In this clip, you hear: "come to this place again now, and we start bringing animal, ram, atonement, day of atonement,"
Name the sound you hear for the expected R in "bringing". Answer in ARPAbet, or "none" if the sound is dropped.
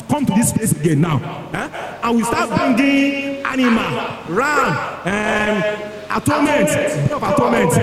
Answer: none